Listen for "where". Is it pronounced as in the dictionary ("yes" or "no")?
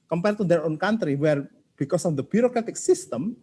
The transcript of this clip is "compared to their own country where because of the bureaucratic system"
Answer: yes